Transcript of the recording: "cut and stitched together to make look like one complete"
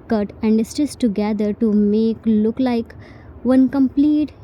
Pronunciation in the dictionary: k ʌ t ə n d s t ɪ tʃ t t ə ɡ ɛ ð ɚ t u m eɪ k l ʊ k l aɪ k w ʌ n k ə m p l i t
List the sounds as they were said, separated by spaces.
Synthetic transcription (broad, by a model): k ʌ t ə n d s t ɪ s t t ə ɡ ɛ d ɚ t u m eɪ k l ʊ k l aɪ k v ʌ n k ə m p l i t